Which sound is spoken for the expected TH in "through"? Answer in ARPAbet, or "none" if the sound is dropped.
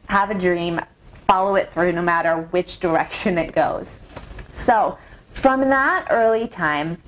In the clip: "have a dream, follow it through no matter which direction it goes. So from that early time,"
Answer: TH